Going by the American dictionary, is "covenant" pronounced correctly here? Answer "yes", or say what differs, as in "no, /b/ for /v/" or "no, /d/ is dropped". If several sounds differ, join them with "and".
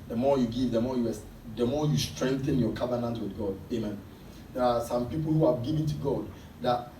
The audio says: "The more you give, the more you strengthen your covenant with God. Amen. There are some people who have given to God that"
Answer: yes